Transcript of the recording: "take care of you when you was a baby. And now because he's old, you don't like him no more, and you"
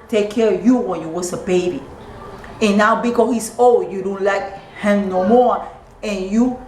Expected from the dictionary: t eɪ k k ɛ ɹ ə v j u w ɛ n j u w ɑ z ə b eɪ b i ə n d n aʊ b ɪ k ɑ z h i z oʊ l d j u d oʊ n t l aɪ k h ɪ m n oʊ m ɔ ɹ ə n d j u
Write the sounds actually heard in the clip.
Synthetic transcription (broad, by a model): t eɪ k k ɛ ɹ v j u w ɛ n j u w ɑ s ə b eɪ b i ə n n aʊ b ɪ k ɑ h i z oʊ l j u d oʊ n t l aɪ k h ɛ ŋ n oʊ m ɔ ɹ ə n j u